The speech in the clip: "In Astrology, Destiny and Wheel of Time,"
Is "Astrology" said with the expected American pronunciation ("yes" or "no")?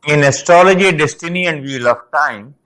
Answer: yes